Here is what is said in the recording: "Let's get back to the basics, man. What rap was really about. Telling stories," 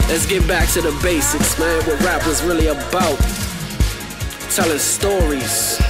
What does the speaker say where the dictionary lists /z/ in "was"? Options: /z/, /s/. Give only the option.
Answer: /z/